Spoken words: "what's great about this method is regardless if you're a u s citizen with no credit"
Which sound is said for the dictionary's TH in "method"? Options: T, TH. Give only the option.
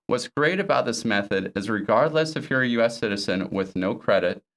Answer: TH